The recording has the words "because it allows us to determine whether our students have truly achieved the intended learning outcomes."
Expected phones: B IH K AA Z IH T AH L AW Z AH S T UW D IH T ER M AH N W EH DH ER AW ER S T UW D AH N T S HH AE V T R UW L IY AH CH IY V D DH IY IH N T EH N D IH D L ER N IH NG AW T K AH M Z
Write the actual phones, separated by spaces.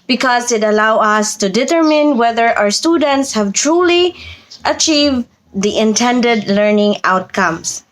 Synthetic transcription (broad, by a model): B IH K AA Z IH T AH L AW AH S T UW D IH T ER M AH N W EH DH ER AW ER S T UW D AH N T S HH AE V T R UW L IY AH CH IY V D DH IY IH N T EH N D IH D L ER N IH NG AW T K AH M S